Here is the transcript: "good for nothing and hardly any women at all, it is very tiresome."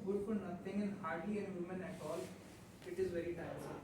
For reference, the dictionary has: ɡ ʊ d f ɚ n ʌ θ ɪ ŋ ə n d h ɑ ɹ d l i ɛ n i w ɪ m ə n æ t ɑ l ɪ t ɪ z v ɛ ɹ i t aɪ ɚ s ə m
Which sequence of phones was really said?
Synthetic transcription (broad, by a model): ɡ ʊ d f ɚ n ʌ t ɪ ŋ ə n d h ɑ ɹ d l i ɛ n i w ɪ m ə n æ t ɑ l ɪ t ɪ z v ɛ ɹ i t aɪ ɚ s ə